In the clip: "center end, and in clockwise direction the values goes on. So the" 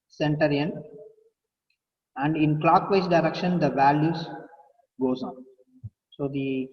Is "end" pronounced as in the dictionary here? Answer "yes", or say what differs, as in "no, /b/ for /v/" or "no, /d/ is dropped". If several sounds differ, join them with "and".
no, /d/ is dropped